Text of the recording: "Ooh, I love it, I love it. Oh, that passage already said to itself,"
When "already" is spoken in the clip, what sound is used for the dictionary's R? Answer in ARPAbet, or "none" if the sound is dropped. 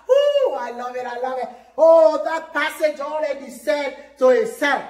L